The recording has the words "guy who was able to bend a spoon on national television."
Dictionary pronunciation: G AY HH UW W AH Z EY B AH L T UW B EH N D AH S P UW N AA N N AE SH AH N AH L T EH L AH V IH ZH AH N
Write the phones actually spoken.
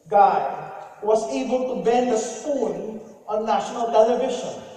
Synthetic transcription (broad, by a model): G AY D W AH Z EY B AH L T UW B EH N D AH S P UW L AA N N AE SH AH N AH L T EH L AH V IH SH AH N